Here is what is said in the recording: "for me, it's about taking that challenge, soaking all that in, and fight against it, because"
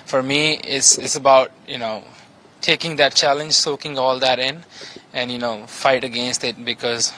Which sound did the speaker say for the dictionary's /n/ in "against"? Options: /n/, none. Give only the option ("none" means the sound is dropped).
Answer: /n/